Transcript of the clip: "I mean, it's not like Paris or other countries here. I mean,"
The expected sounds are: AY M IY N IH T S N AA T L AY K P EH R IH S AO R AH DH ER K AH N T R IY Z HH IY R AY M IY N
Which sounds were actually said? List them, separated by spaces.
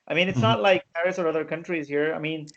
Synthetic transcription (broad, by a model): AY M IY N IH T S N AA T L AY K P EH R IH S AO R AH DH ER K AH N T R IY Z HH IY R AY M IY N